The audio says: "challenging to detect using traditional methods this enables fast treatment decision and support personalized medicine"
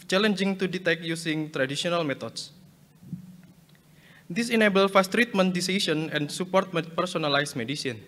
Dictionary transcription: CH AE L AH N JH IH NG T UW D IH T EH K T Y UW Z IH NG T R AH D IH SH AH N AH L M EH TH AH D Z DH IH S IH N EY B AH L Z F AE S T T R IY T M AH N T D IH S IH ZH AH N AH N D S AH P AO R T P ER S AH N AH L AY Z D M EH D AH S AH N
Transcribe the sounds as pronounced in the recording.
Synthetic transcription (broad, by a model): CH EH L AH N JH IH NG T UW D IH T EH K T Y UW S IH NG T R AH D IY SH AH N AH L M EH T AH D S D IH S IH N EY B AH L F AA S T T R IY T M AH N T D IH S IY S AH N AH N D S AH P AO R T P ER S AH N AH L AY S M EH D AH S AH N